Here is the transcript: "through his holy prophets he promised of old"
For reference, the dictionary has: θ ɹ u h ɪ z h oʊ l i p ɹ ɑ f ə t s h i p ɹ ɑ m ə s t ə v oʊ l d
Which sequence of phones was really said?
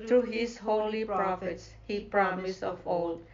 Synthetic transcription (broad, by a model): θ ɹ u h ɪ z h oʊ l i p ɹ ɑ f ə t s h i p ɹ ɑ m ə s ə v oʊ l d